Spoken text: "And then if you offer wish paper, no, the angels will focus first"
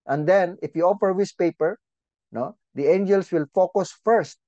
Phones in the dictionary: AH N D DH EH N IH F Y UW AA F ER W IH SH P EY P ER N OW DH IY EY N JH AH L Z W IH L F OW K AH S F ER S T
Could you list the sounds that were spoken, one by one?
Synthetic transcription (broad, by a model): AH N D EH N IH F Y UW AA F ER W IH S P EY P ER N OW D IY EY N JH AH L S W IH L F OW K AH S F ER S T